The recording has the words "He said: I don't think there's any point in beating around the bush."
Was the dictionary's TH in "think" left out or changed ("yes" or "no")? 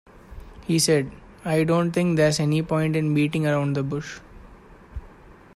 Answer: yes